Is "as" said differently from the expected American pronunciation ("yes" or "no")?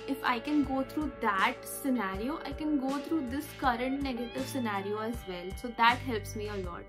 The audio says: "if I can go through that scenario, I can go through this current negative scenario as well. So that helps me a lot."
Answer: no